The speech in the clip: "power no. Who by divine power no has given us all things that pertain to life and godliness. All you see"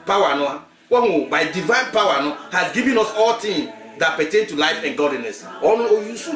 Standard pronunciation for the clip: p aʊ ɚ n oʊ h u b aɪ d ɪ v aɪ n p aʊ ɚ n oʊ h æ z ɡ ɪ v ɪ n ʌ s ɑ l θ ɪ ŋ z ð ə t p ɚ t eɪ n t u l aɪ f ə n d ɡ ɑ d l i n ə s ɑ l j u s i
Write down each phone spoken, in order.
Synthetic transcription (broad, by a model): p aʊ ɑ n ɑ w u b aɪ d ɪ v aɪ n p aʊ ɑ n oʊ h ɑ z ɡ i v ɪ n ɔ s ɑ l t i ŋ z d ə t p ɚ t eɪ n t u l aɪ f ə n ɡ ɑ d l i n ə s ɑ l j u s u